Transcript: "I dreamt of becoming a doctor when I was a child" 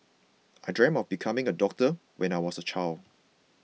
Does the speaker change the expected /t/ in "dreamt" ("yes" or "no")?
yes